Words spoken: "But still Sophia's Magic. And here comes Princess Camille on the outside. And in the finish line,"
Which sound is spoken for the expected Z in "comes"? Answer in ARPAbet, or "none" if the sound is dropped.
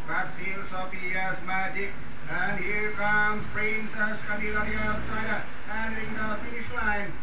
none